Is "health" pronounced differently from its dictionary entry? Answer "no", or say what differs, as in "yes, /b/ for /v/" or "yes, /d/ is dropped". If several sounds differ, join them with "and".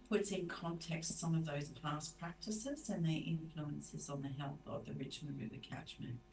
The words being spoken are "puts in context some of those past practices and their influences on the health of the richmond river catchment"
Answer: no